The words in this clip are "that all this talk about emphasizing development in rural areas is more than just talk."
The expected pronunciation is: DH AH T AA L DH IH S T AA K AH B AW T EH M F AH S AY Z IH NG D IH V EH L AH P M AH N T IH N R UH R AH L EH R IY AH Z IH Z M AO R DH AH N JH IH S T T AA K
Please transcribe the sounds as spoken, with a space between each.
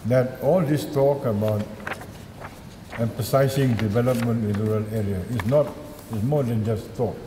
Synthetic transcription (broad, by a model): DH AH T AA L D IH S T AA K AH B AW T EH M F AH S AY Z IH NG D IH V EH L AH P M AH N T IH N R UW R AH L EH R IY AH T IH S M AO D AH N JH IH S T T AA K